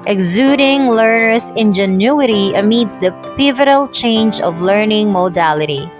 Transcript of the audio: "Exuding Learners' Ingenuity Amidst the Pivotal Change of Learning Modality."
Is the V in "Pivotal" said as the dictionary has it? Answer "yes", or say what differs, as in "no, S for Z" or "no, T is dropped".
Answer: yes